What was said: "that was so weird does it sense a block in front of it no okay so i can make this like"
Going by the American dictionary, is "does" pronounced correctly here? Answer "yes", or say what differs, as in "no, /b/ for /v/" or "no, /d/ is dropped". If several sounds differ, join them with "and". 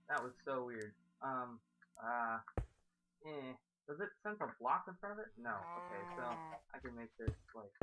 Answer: yes